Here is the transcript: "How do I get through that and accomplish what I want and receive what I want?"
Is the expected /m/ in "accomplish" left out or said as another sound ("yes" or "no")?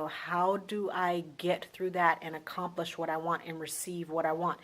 no